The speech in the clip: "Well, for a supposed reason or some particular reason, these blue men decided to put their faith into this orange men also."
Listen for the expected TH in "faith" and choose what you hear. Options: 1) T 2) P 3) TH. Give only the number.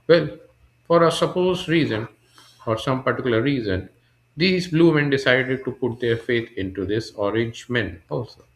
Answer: 1